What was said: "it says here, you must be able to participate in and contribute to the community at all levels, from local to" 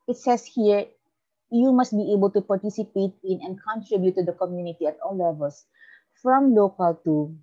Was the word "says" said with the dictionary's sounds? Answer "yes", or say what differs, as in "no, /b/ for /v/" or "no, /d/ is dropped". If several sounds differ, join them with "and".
no, /s/ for /z/